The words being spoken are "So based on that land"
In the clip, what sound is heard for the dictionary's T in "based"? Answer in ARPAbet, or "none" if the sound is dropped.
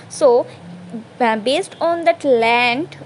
T